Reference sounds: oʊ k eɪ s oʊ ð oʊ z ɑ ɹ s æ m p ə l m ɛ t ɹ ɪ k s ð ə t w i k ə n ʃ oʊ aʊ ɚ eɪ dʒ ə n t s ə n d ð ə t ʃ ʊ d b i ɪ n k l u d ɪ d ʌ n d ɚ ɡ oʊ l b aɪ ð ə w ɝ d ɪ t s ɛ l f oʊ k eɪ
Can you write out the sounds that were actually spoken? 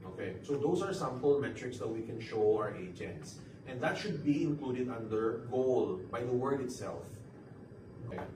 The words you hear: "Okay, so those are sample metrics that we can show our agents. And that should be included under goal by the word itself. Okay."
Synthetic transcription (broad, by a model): oʊ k eɪ s oʊ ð oʊ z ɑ ɹ s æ m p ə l m ɛ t ɹ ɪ k s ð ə t w i k ə n ʃ oʊ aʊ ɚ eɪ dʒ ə n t s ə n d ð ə t ʃ ʊ d b i ɪ n k l u d ɪ d ʌ n d ɚ ɡ oʊ l b aɪ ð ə w ɝ d ɪ t s ɛ l f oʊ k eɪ